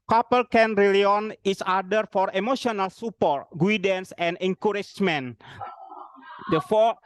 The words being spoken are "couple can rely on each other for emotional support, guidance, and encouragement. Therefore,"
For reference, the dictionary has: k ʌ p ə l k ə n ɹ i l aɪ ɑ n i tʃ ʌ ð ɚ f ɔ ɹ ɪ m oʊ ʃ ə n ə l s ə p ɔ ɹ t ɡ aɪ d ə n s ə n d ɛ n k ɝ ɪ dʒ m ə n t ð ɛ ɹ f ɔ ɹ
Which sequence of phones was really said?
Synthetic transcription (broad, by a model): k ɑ p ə l k ə n ɹ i l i ɑ n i s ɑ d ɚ f ɔ ɹ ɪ m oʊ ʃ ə n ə l s ə p ɔ ɹ t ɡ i d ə n s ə n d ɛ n k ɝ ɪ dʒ m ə n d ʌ f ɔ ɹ